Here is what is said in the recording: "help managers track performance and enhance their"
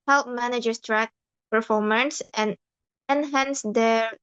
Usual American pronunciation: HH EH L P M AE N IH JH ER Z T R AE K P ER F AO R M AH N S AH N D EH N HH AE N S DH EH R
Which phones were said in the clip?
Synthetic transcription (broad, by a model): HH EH L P M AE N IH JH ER S T R AE K P ER F AO R M AH N S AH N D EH N HH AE N S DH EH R